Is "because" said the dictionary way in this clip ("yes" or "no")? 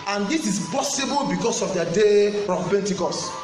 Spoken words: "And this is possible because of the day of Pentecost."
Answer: no